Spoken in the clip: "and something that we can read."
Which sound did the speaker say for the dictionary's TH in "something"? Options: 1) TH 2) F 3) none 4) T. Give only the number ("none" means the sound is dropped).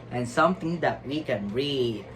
4